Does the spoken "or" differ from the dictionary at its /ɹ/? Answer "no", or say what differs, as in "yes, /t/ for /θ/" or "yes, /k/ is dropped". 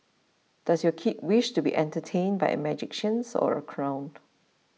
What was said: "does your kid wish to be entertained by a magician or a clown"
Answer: no